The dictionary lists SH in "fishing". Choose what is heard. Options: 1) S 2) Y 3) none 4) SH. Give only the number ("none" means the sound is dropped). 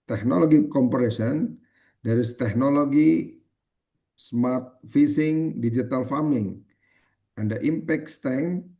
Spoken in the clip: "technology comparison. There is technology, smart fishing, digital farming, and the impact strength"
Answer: 1